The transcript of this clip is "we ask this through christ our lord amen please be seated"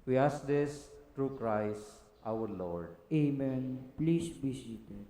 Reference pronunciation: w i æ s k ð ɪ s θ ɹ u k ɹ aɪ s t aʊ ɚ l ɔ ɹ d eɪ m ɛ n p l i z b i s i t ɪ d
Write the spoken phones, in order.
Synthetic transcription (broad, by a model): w i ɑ s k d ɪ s t ɹ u k ɹ aɪ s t aʊ ɚ l ɔ ɹ d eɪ m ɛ n p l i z b i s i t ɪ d